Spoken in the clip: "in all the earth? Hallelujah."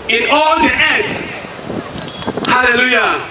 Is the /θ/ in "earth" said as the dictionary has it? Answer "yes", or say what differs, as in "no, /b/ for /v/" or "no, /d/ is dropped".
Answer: no, /t/ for /θ/